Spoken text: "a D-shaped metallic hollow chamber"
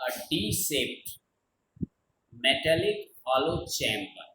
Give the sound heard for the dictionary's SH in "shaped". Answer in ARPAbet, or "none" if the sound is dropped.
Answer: S